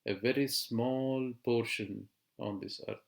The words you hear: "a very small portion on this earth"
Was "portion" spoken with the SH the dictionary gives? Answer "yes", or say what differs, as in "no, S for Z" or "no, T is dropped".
yes